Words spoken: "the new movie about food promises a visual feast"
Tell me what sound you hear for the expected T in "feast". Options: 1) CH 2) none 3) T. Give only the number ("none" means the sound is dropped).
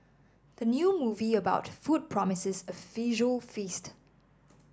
3